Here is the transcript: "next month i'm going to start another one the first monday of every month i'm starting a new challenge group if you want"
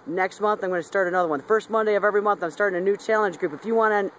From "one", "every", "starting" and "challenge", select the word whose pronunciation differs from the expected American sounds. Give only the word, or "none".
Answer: none